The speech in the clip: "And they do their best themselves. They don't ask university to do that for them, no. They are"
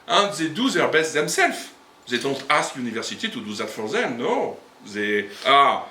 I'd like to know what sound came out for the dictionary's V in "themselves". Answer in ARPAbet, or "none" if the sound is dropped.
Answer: F